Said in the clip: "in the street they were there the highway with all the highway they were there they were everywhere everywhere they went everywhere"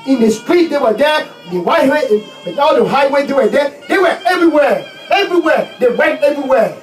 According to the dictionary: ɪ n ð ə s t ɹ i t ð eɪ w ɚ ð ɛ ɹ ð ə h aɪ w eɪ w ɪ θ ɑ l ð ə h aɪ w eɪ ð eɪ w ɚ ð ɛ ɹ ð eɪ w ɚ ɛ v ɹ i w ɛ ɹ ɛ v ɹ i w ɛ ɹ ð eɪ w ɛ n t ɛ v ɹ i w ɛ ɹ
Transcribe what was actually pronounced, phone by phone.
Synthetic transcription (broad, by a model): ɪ n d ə s t ɹ i t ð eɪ w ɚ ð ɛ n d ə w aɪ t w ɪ ɑ l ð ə h aɪ w eɪ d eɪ w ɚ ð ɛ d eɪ w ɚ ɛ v ɹ i w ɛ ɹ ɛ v ɹ i w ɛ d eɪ w ɛ n t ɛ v ɹ i w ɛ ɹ